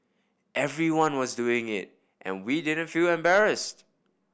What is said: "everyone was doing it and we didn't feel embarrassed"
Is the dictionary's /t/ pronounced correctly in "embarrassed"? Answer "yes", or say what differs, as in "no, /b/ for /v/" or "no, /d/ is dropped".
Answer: yes